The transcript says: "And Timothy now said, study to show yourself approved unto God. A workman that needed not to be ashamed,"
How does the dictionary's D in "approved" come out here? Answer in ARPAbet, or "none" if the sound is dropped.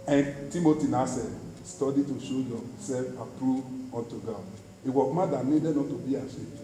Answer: none